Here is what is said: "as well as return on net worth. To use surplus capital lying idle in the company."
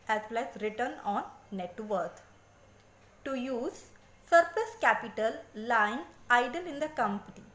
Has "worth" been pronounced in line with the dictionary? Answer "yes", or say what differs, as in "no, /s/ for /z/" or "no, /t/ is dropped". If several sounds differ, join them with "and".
no, /t/ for /θ/